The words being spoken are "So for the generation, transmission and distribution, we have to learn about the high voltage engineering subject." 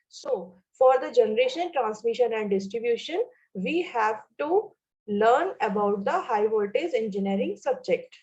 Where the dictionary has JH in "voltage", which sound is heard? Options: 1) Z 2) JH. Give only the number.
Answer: 1